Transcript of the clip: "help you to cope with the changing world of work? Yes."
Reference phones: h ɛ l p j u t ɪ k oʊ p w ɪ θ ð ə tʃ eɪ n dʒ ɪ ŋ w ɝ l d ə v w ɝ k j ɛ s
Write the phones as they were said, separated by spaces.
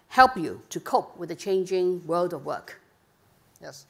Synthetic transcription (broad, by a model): h ɛ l p j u t ɪ k oʊ p w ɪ ð ə tʃ eɪ n dʒ ɪ ŋ w ɝ l d ə v w ɝ k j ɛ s